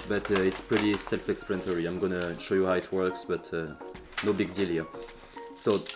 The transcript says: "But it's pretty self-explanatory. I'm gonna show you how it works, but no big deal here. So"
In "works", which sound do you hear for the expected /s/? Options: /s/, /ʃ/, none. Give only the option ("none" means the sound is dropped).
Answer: /s/